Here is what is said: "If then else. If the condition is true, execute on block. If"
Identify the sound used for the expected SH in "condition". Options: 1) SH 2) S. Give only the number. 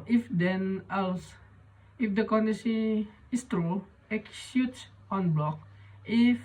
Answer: 2